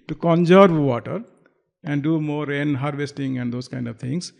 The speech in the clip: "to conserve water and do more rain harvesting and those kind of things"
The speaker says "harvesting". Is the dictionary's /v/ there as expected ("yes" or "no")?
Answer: yes